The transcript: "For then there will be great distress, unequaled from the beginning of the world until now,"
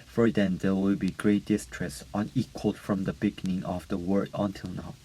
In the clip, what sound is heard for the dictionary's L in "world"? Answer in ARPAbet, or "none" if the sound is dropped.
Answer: none